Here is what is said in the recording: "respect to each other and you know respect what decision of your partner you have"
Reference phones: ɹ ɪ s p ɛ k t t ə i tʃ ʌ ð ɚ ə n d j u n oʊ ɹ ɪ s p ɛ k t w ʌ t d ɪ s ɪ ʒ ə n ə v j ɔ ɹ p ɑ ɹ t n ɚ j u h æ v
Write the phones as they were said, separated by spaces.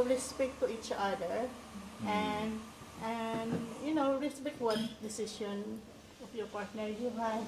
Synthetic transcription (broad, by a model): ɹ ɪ s p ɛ k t t ə i tʃ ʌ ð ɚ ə n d j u n oʊ ɹ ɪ s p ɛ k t w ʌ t d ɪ s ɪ ʃ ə n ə f j ɔ ɹ p ɑ ɹ t n ɚ j u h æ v